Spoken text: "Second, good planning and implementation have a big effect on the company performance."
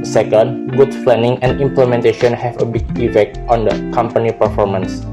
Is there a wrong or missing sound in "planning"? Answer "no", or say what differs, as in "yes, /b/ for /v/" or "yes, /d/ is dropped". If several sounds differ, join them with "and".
yes, /f/ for /p/